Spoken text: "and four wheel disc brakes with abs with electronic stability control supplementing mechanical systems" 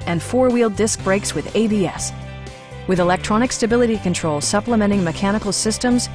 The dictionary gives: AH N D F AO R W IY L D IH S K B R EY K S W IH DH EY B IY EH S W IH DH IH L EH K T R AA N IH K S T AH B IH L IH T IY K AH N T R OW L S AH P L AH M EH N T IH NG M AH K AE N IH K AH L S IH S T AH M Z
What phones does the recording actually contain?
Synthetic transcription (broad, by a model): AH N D F AO R W IY L D IH S K B R EY K S W IH DH EY B IY EH S W IH DH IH L EH K T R AA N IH K S T AH B IH L IH T IY K AH N T R OW L S AH P L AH M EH T IH NG M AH K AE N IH K L S IH S T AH M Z